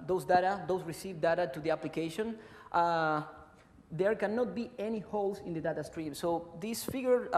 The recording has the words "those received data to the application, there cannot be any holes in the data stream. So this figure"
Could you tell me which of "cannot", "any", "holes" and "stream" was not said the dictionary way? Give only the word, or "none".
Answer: holes